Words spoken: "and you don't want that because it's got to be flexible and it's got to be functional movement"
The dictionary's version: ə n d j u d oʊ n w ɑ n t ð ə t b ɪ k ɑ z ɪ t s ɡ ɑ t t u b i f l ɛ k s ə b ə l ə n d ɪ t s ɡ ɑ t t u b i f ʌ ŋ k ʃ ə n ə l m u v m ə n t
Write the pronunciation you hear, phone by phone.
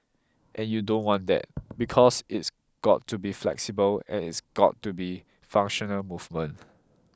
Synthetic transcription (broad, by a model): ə n j u d oʊ n w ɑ n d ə t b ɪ k ɑ s ɪ t s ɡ ɑ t t u b i f l ɛ k s ə b ə l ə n ɪ t s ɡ ɑ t t u b i f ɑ ŋ k ʃ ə n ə l m u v m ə n